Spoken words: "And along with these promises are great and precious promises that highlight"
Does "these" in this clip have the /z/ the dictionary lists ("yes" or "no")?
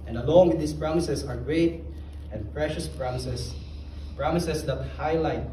no